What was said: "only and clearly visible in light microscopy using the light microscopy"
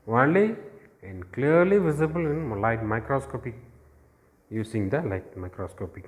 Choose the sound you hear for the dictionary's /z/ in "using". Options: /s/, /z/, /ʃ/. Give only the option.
/s/